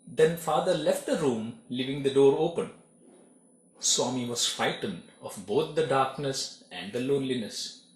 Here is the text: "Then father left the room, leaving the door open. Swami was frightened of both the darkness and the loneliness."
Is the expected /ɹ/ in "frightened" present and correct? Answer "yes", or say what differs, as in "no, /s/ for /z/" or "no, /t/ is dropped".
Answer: no, /ɹ/ is dropped